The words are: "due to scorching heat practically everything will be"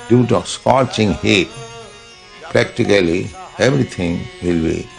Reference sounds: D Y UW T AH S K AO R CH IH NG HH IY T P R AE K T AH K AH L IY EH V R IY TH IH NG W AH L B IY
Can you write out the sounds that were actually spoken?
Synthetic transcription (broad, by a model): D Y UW T AH S K AO R CH IH NG HH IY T P R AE K T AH K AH L IY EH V R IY T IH NG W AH L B IY